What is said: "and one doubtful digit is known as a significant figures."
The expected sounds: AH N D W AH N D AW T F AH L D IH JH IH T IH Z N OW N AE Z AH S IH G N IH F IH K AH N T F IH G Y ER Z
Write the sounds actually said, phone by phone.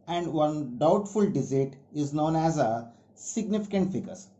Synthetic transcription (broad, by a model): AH N D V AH N D AW T F AH L D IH Z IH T IH Z N OW N AE Z AH S IH G N IH F IH K AH N T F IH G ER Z